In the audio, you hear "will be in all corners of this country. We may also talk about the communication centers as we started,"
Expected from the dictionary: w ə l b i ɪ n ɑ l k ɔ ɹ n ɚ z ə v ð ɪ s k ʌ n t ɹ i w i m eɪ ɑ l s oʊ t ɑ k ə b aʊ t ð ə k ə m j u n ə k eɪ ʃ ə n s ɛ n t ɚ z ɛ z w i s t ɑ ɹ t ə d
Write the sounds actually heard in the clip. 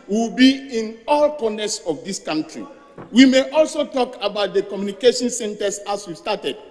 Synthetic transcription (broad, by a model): w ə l b i ɪ n ɑ l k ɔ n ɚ s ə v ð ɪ s k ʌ n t ɹ i w i m eɪ ɑ l s oʊ t ɑ k ə b aʊ t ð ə k ə m j u n ə k eɪ ʃ ə n s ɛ n t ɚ s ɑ s w i s t ɑ t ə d